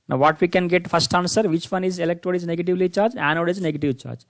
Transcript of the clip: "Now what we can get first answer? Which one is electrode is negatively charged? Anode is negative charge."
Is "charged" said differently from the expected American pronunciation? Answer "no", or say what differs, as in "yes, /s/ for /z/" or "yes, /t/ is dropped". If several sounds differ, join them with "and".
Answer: yes, /d/ is dropped